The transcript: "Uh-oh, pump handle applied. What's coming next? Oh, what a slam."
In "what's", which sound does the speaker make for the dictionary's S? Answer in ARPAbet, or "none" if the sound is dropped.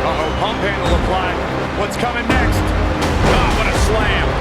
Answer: S